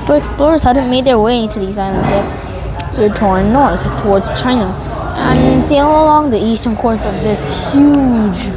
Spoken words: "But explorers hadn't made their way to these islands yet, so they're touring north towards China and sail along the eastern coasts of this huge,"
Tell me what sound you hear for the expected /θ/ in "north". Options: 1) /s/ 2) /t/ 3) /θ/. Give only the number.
3